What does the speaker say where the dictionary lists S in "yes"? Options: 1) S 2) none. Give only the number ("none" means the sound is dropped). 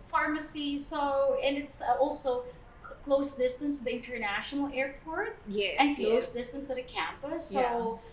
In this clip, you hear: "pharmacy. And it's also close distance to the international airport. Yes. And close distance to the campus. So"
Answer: 2